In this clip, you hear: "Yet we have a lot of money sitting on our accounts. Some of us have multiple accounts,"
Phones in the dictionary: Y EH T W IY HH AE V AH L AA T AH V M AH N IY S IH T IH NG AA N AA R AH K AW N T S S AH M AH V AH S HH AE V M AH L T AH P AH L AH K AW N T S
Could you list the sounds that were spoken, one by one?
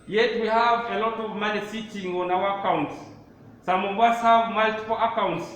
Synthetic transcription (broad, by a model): Y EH T W IY HH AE V AH L AA T AH V M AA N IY S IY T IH NG AA N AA W AH K AW N T S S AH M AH W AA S HH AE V M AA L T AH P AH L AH K AW N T S